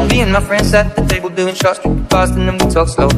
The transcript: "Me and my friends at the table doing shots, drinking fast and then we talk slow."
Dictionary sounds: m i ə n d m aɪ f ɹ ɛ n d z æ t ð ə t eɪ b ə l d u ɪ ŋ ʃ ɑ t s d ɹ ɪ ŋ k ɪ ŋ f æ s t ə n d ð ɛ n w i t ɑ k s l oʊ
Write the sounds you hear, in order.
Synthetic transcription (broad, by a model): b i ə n m aɪ f ɹ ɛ n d s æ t ð ə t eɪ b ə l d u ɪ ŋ ʃ ɑ t s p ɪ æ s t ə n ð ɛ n w i t ɑ k s l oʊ